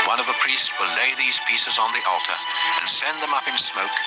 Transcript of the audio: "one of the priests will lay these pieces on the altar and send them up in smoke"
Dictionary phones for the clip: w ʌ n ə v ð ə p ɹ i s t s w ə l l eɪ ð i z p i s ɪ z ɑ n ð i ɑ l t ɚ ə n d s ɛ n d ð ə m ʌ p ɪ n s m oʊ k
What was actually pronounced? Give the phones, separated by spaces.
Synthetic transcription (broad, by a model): w ʌ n ə v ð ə p ɹ i s t s w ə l l eɪ ð i z p i s ɪ z n ð i ɑ l t ɚ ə n s ɛ n ð ə m ʌ p ɪ n s m oʊ k